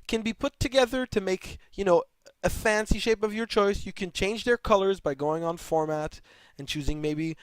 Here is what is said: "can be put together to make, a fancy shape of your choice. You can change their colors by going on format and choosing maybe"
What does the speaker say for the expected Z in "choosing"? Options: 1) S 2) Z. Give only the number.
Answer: 2